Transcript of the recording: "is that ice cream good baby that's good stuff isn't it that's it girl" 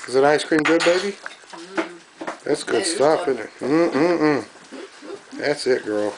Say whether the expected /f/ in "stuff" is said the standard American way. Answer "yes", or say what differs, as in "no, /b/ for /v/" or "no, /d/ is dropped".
no, /p/ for /f/